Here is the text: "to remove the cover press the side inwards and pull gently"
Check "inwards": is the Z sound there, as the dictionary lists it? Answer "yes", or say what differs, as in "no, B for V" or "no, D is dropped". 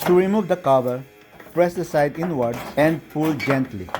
no, Z is dropped